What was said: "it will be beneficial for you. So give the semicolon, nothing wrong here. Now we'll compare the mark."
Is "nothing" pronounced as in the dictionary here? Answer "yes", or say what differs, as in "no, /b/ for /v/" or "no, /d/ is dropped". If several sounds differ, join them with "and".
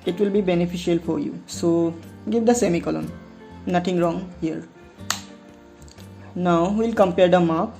no, /t/ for /θ/